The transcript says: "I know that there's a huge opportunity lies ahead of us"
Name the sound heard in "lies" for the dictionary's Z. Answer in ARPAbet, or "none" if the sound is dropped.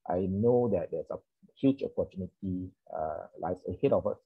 S